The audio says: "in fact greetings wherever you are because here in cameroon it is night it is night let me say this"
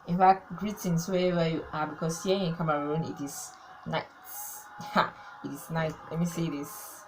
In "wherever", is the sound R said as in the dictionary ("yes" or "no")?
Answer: no